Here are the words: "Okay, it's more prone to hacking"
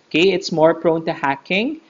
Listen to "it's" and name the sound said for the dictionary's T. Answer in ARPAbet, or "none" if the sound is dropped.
T